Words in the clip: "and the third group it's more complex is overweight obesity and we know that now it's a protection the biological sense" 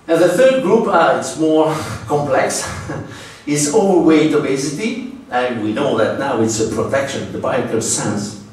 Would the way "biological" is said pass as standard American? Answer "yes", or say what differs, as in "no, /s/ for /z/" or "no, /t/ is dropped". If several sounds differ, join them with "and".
no, /dʒ/ is dropped